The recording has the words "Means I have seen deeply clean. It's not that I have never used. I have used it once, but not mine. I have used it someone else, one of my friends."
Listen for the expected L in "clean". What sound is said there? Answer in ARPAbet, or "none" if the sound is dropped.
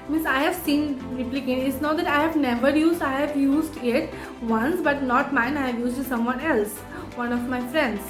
none